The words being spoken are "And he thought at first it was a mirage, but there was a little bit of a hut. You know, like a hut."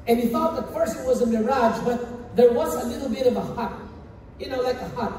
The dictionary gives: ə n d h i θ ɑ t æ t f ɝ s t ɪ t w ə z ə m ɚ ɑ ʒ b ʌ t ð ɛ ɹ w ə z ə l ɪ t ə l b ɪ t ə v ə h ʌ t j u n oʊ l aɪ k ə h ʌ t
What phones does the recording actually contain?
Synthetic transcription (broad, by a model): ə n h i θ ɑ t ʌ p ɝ s ɪ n w ə z ə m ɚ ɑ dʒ b ʌ t ð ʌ ɹ w ə z ə l ɪ t l b ɪ t ə v ə h ʌ t j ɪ n oʊ l aɪ k ə h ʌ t